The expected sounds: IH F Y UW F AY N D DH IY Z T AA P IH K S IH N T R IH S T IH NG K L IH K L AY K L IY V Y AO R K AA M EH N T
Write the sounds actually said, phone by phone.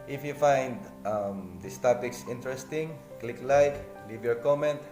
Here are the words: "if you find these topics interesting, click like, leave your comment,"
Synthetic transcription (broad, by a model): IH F Y UW F AY N D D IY S T AA P IH K S IH N T R IH S T IH NG K L IH K L AY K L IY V Y AO R K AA M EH N T